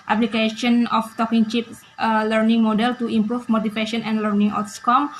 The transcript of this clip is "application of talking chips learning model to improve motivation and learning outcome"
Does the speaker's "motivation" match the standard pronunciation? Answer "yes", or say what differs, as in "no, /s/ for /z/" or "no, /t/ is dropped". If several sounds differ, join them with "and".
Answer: no, /p/ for /v/